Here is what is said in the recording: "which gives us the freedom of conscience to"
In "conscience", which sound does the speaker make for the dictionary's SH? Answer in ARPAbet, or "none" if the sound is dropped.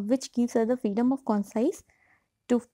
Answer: S